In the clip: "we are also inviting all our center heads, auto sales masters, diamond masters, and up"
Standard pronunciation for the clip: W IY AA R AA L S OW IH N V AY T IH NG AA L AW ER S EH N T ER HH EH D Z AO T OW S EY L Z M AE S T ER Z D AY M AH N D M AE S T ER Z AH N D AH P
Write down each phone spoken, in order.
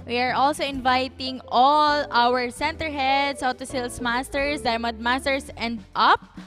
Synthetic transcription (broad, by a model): W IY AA R AA L S OW IH N V AY T IH NG AA L AW ER S EH N T ER HH EH D S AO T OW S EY L S M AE S T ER S D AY M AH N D M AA S T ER S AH N D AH P